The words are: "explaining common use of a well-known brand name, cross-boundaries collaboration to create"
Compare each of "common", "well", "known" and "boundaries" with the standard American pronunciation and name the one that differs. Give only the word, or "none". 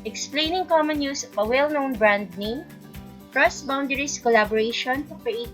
boundaries